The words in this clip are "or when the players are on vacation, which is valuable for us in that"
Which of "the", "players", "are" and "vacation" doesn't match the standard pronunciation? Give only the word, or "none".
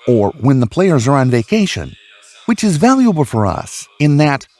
none